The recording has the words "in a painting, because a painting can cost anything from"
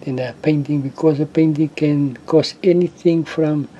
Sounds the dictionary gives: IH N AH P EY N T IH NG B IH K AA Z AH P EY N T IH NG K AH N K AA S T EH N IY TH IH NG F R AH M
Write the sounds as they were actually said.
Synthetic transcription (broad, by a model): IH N AH P EY N T IH NG B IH K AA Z AH P EY N T IH NG K AH N K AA S EH N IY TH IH NG F R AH M